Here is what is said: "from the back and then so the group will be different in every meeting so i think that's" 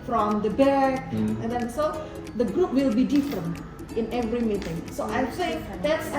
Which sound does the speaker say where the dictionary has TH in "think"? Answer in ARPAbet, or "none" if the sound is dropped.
S